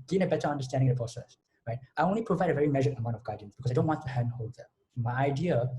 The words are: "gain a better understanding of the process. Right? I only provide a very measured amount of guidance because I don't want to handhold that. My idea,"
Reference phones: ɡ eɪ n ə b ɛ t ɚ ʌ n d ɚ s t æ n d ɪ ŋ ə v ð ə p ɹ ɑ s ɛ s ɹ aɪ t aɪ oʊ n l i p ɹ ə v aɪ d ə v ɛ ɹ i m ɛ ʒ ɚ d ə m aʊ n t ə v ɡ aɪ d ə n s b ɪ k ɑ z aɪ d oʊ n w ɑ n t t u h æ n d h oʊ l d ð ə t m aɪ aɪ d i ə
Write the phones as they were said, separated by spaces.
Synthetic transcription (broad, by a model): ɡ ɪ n ə b ɛ t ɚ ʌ n d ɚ s t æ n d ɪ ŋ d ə p ɹ ɑ s ɛ s ɹ aɪ t aɪ oʊ n l i p ɹ ə v aɪ d ə v ɛ ɹ i m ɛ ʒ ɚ ə m aʊ n t ə v ɡ aɪ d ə n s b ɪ k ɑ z aɪ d oʊ n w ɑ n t t u h æ n d h oʊ l d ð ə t m aɪ aɪ d i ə